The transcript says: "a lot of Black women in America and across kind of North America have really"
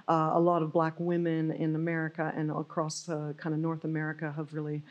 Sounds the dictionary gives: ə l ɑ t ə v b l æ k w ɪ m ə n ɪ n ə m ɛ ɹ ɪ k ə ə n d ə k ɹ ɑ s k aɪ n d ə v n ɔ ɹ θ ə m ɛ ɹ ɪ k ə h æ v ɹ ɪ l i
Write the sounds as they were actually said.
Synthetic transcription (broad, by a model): ə l ɑ t ə v b l æ k w ɪ m ə n ɪ n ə m ɛ ɹ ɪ k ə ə n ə k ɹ ɑ s k aɪ n d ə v n ɔ ɹ θ ə m ɛ ɹ ɪ k ə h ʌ v ɹ ɪ l i